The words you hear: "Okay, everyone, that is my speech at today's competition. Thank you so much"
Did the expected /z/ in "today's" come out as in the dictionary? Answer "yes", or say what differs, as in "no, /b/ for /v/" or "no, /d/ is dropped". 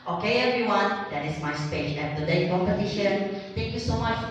no, /z/ is dropped